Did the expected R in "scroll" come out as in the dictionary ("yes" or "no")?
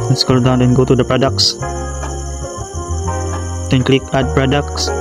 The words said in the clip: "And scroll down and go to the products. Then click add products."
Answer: no